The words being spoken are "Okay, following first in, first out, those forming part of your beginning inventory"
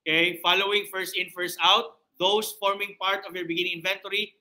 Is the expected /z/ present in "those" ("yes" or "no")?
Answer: no